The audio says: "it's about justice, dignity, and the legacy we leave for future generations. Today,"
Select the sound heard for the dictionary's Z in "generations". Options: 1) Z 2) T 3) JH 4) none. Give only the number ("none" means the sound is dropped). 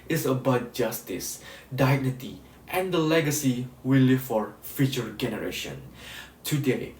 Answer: 4